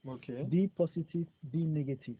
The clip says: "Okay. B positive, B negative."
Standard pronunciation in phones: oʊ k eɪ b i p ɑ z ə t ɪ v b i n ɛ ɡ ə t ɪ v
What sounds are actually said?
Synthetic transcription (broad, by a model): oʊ k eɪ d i p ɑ s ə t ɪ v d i n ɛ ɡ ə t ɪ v